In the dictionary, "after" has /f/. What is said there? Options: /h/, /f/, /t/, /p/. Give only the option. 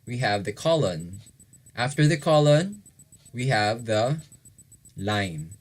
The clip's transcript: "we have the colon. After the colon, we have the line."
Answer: /f/